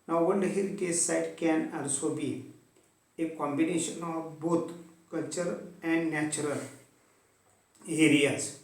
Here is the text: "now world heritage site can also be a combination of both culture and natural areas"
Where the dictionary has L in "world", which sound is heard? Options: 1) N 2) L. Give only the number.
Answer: 1